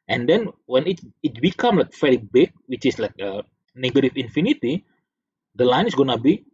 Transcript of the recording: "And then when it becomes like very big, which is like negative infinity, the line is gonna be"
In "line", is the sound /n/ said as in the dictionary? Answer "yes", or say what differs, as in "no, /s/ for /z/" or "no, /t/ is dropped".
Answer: yes